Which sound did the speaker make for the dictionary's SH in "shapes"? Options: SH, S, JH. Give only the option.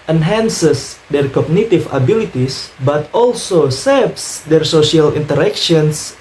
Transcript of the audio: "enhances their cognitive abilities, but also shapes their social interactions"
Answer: S